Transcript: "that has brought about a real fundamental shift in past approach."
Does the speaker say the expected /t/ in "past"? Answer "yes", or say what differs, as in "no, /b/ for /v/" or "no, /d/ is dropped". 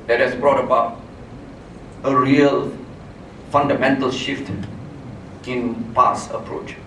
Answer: no, /t/ is dropped